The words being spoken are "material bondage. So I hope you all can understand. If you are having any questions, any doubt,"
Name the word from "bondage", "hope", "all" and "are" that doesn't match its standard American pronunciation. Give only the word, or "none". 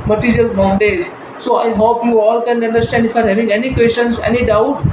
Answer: bondage